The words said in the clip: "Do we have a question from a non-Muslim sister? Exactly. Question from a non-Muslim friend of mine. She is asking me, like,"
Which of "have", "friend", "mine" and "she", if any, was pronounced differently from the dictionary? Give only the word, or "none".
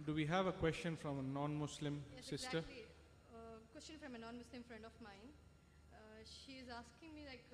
none